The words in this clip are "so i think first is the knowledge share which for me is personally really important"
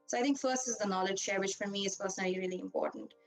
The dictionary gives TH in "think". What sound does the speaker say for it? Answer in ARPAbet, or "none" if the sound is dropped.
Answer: T